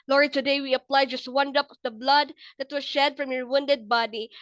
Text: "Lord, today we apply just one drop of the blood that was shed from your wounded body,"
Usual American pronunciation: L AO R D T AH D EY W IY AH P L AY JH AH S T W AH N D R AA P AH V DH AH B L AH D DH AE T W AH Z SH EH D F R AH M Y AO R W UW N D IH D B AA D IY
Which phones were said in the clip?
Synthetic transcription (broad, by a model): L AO R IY T AH D EY W IY AH P L AY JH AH S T W AH N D AA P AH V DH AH B L AH D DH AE T W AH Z SH EH D F R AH M Y AO R W UW N D IH D B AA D IY